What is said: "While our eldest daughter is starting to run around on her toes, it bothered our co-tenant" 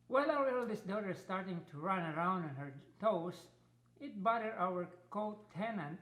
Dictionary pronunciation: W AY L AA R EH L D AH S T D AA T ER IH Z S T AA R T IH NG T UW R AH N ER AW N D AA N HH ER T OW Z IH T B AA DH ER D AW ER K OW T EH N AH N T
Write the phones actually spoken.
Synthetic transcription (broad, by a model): W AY L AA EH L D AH S D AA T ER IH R S T AA R T IH NG T UW R AH N ER AW N D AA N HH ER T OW S IH T B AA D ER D AW ER K OW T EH N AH N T